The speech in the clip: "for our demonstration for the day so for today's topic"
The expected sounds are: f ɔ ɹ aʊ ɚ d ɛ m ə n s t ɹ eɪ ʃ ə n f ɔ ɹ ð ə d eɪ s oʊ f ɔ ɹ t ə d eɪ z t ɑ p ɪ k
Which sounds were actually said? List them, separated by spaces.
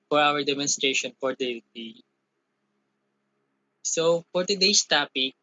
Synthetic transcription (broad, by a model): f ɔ ɹ aʊ ɚ d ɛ m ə n s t ɹ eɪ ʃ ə n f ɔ ɹ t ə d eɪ s oʊ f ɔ ɹ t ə d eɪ s t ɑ p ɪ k